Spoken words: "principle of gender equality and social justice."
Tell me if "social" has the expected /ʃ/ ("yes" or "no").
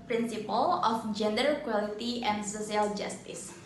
no